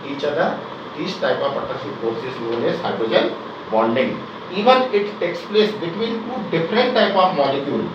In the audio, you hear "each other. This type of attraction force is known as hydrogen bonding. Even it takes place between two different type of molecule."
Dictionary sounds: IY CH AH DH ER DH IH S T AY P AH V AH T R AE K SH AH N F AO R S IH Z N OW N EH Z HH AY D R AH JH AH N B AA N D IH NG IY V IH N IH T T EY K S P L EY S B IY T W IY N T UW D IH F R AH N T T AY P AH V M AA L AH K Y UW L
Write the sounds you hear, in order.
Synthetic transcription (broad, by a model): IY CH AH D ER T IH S T AY P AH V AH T AH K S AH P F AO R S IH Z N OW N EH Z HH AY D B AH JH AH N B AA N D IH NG IY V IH N IH T T EY K S P L EY S B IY T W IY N T UW D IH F R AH N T T AY P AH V M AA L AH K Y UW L